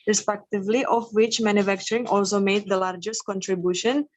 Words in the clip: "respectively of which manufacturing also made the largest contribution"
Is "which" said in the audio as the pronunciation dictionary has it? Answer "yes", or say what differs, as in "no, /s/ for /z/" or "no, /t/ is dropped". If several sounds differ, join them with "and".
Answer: yes